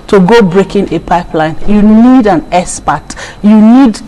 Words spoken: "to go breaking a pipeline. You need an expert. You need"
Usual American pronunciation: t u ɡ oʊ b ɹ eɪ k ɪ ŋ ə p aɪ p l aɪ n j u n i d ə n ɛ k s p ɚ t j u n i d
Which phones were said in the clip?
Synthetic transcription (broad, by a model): t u ɡ oʊ b ɹ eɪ k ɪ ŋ ə p aɪ p l aɪ n j u n i d ə n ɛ s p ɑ t j u n i d